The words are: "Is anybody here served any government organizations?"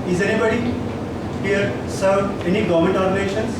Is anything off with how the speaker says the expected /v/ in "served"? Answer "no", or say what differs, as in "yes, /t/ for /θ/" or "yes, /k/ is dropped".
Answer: yes, /v/ is dropped